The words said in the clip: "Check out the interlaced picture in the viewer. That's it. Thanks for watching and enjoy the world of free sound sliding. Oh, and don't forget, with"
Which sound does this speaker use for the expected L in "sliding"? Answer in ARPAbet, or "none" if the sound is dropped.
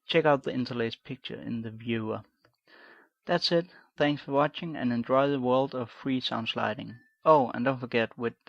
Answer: L